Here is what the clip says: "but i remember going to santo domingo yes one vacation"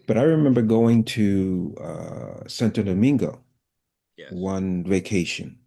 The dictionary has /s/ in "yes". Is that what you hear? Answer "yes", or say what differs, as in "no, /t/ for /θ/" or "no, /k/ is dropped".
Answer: no, /s/ is dropped